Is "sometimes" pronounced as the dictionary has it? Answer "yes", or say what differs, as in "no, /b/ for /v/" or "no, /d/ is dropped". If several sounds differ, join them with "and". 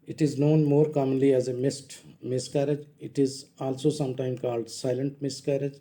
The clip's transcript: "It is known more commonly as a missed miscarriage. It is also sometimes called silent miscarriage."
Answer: no, /z/ is dropped